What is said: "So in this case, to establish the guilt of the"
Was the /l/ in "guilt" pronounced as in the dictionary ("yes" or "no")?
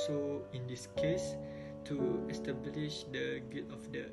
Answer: no